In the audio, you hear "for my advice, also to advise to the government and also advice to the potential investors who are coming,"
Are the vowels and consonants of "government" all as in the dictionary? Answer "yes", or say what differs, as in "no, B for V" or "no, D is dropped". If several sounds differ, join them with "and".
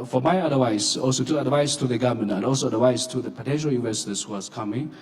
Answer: no, T is dropped